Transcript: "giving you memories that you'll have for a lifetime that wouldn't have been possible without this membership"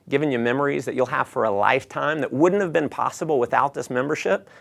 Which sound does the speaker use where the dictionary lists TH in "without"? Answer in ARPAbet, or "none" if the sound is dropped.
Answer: TH